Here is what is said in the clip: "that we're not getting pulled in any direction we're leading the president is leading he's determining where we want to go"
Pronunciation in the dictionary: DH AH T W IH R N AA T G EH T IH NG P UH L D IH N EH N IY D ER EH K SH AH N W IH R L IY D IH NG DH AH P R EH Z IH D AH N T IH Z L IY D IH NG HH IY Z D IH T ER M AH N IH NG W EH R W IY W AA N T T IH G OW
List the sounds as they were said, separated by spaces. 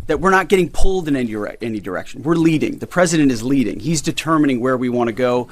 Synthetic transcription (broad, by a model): DH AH T W IH R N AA T G EH T IH NG P UH L D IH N EH N IY D ER EH K SH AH N W IH R L IY D IH NG DH AH P R EH Z IH D AH N T IH Z L IY D IH NG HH IY Z D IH T ER M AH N IH NG W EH R W IY W AA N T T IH G OW